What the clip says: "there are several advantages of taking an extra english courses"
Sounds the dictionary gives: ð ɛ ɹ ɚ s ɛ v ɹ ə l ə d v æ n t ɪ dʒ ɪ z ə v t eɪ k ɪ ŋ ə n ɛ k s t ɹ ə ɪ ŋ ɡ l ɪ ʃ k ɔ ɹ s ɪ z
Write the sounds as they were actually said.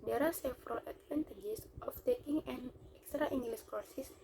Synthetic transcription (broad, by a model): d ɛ ɹ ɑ s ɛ f ɹ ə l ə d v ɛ n t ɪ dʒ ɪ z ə f t eɪ k ɪ ŋ ə n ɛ k s t ɹ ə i ŋ ɡ l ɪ s k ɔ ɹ s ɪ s